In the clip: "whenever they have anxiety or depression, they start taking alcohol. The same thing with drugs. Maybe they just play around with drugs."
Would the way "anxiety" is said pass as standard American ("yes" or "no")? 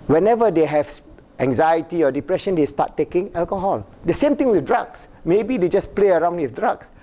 yes